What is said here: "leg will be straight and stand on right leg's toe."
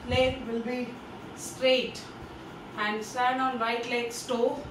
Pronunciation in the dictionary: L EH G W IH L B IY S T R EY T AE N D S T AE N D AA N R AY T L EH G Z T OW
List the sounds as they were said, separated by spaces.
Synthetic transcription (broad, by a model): L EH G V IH L B IY S T R EY T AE N D S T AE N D AA N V AY T L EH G S T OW